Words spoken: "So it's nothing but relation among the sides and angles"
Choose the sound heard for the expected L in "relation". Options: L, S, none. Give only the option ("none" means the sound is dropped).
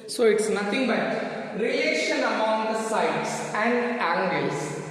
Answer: none